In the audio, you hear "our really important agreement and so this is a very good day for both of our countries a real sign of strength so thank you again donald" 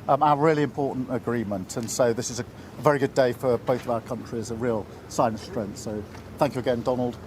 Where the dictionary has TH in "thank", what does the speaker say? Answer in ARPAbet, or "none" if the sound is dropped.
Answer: TH